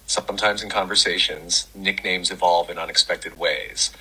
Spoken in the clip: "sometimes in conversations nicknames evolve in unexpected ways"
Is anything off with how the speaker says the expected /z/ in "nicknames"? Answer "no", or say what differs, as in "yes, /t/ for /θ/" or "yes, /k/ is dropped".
no